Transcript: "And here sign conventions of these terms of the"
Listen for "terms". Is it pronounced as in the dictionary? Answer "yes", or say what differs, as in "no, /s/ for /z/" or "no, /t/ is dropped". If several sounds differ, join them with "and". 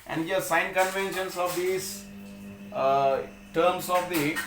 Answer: no, /s/ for /z/